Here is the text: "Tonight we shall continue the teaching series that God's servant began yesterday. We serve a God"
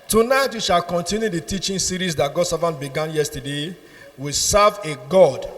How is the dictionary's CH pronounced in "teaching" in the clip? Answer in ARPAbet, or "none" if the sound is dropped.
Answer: CH